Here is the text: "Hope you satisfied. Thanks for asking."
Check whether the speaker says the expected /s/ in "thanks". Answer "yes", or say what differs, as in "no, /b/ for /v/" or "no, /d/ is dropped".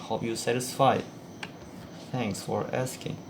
yes